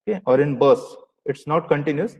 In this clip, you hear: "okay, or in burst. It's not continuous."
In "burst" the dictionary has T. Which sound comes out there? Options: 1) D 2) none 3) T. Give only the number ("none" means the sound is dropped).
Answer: 2